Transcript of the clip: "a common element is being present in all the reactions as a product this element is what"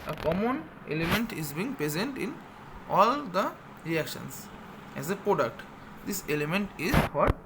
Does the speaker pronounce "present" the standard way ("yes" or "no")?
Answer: yes